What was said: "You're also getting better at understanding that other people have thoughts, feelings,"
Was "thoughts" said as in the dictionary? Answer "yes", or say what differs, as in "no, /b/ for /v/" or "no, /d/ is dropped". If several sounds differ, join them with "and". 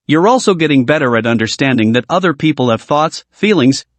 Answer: yes